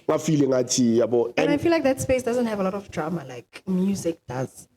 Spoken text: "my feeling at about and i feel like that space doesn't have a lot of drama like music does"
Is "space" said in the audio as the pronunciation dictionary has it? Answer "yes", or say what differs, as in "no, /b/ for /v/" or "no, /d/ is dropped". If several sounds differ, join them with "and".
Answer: yes